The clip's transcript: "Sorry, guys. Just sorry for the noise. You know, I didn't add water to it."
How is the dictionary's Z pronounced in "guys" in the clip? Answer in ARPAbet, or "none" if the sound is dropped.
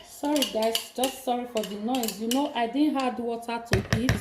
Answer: S